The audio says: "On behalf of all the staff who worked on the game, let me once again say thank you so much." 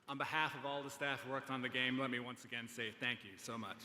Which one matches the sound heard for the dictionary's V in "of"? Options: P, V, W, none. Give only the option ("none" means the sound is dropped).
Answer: V